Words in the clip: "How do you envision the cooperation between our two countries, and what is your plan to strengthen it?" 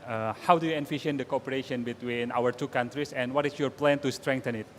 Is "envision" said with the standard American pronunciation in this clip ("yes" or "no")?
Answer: no